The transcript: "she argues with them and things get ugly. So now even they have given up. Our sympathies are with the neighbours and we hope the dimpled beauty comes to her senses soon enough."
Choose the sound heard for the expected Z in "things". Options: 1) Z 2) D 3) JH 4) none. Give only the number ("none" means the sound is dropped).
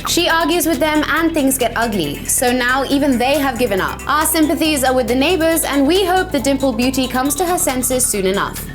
1